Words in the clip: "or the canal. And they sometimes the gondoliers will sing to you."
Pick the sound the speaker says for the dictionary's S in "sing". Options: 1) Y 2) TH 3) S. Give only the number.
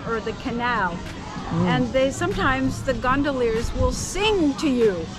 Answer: 3